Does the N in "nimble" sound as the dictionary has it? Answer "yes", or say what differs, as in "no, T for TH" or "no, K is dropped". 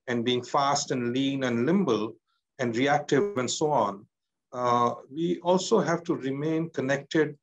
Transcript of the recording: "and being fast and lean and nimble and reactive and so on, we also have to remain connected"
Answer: no, L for N